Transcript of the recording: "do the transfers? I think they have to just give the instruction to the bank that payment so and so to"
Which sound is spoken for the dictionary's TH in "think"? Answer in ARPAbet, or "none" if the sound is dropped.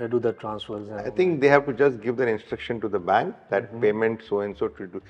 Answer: T